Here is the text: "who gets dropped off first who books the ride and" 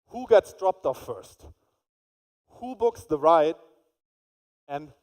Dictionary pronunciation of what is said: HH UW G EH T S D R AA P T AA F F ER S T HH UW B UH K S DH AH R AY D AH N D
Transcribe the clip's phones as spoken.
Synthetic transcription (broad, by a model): HH UW G EH T S D R AA P T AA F F ER S T HH UW B UH K S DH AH R AY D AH N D